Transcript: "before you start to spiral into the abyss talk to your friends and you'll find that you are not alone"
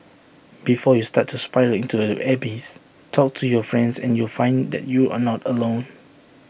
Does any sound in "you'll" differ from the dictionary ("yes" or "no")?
no